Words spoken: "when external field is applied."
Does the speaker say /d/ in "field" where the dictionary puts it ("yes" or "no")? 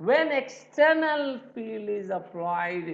no